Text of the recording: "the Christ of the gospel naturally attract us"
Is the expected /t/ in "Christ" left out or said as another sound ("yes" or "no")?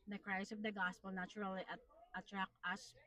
yes